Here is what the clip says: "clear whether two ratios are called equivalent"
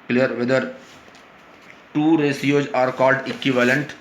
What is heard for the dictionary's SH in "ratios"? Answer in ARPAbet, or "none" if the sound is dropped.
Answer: S